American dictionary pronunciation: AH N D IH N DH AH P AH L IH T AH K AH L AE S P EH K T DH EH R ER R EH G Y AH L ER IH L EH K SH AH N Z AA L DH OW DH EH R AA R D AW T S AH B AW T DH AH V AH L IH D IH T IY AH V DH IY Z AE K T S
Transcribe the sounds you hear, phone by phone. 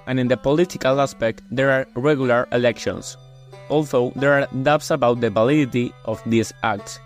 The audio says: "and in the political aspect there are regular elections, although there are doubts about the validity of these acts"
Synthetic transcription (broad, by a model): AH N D IH N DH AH P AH L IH T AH K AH L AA S P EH K T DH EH R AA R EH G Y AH L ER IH L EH K SH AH N S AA L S OW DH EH R AA R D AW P S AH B AW T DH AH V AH L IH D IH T IY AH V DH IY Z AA K T S